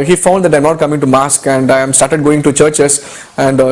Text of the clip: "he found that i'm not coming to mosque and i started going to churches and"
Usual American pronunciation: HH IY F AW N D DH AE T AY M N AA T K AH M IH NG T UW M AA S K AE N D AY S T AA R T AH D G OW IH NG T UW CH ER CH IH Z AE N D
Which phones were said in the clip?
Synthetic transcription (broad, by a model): HH IY F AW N D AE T AY M N AA T K AH M IH NG T UW M AA S K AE N D AY S T AA R T AH D G OW IH NG T UW CH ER CH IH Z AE N D